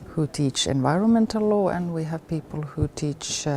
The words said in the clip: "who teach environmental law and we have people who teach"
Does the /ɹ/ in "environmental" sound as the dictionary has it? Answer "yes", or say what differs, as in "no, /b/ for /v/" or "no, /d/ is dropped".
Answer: yes